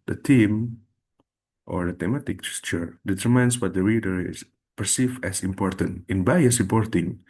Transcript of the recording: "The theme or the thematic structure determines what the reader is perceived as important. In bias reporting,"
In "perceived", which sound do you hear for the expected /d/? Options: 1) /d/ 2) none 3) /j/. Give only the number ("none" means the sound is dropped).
2